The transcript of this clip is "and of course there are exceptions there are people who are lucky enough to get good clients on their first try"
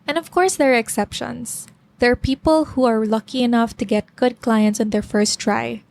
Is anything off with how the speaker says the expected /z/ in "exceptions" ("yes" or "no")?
yes